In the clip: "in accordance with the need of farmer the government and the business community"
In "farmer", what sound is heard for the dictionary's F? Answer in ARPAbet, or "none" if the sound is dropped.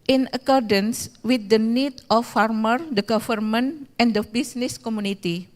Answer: F